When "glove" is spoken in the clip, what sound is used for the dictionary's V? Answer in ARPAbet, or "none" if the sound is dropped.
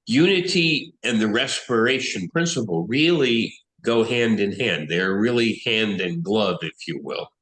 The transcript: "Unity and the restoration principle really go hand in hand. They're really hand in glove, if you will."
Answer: V